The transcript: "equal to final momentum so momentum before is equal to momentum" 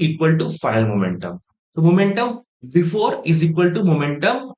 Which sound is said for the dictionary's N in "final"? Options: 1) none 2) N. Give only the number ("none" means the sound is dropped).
1